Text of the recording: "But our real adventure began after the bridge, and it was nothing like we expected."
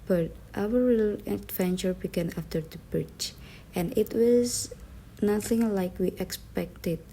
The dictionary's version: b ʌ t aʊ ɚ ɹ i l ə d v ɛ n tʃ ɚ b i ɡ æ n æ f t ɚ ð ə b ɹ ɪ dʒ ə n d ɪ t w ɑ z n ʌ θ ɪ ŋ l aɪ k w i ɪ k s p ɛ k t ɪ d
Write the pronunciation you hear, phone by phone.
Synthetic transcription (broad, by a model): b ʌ t aʊ ɚ ɹ i l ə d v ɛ n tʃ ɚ b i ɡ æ n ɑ f t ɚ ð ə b ɹ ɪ tʃ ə n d ɪ t w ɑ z n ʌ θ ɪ ŋ l aɪ k w i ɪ k s p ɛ k t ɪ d